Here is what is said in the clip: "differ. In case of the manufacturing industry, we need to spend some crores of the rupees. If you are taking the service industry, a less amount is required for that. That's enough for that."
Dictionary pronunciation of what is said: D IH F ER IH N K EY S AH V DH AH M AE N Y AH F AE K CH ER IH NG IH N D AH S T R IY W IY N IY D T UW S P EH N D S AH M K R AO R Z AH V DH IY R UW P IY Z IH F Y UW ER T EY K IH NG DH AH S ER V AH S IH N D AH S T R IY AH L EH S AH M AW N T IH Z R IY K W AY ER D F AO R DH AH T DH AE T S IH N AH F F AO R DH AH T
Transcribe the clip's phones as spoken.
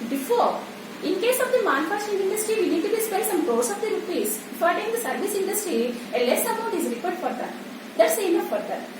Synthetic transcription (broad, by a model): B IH F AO IH N K EY S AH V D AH M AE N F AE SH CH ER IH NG IH N D AH S T R IY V IY N IY D T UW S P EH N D S AH M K AO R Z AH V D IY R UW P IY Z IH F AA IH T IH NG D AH S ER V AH S IH N D AH S T R IY AH L EH S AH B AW T IH Z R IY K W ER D F AO R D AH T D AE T S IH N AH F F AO R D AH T